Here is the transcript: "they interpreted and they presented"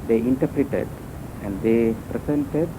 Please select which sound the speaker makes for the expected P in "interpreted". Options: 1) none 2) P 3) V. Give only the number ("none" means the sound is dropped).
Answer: 2